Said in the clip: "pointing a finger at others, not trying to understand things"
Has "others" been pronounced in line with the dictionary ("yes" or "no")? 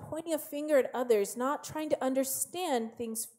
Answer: yes